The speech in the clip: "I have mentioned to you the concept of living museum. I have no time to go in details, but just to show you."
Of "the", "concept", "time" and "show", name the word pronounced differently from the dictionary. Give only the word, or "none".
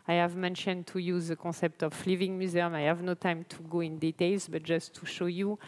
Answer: concept